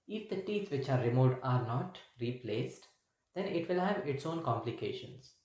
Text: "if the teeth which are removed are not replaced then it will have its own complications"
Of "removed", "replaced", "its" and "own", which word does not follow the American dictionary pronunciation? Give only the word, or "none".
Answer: removed